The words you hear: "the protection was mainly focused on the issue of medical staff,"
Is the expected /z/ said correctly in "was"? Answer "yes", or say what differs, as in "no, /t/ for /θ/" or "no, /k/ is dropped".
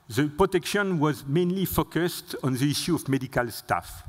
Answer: yes